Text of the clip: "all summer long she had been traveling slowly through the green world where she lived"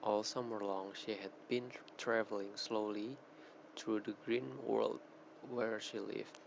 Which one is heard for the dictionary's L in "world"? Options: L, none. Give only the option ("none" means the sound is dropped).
L